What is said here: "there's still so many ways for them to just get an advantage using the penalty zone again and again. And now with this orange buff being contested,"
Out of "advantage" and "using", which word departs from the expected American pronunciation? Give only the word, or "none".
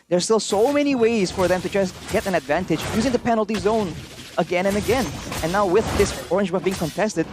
none